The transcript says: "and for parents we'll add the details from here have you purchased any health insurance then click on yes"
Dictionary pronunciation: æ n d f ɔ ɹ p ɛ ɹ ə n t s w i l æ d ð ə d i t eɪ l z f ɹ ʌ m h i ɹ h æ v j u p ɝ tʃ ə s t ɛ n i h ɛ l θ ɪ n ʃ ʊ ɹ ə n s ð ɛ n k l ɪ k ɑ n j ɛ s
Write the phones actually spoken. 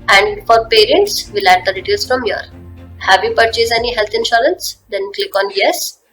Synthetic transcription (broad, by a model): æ n d f ɔ ɹ p ɛ ɹ ə n t s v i l æ d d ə d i t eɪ l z f ɹ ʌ m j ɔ ɹ h æ v j u p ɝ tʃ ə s ɛ n i h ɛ l t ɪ n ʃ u ɹ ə n s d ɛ n k l ɪ k ɑ n j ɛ s